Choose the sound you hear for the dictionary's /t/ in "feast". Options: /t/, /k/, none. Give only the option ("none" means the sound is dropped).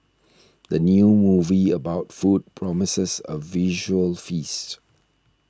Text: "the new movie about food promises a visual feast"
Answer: /t/